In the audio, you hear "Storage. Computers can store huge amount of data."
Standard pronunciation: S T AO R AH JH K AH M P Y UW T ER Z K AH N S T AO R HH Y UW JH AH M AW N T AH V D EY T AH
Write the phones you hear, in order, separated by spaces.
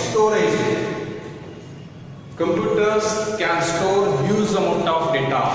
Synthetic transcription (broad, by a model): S T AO R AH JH K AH M P Y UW T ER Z K AH N S T AO R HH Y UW Z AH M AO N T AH F D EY T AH